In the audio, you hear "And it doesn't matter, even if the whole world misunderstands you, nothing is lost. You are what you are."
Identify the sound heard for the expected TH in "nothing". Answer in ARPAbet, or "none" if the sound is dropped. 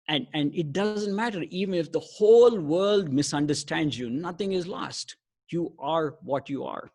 T